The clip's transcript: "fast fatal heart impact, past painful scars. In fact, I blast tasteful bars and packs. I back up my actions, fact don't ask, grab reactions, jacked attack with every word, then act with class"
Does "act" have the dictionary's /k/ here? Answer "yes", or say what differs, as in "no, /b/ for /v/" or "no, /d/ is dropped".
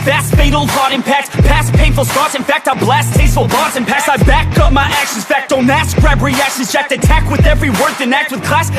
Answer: yes